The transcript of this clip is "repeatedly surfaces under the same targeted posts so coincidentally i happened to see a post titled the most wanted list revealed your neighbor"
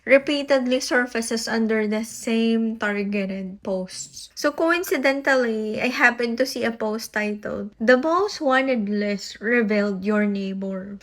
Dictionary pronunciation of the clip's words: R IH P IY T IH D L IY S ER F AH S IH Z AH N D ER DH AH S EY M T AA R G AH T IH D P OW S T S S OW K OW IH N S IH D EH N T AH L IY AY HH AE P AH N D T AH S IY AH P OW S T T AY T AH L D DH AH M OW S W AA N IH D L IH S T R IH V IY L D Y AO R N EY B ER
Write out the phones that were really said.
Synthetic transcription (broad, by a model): R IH P IY T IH D L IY S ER F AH S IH S AH N D ER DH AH S EY M T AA R G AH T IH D P OW S T S S OW K OW IH N S IH D EH N T AH L IY AY HH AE P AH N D T AH S IY AH P OW S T T AY T AH L D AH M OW S W AA N IH D L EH S R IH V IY L D Y AO R N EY B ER